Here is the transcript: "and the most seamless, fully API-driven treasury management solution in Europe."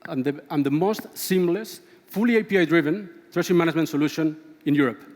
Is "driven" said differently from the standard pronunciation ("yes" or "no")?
no